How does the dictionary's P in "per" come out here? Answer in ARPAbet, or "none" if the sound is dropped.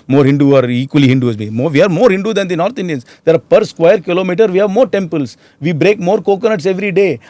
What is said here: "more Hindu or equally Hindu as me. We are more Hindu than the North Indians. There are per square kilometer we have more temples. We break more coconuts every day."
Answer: P